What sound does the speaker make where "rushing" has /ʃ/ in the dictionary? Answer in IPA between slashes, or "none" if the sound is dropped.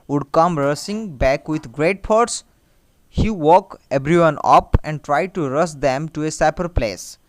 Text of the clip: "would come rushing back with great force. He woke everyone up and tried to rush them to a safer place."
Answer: /s/